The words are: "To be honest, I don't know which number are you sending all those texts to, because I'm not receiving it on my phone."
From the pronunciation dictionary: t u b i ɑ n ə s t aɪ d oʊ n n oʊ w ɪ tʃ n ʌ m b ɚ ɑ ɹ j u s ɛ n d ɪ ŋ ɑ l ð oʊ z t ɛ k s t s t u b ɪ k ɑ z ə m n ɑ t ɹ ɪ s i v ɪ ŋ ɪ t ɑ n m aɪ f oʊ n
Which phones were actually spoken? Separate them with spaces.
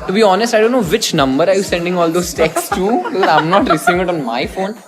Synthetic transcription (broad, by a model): t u b i ɑ n ə s t aɪ d oʊ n n oʊ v ɪ tʃ n ʌ m b ɚ ɑ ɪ j u s ɛ n d ɪ ŋ ɑ l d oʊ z t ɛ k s s t u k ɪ ɑ ə m n ɑ t ɹ ɪ s i v ɪ ŋ ɪ t ɑ n m aɪ f oʊ n